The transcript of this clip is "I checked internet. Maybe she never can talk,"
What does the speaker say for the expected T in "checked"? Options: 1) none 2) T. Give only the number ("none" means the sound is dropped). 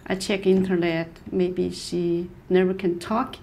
1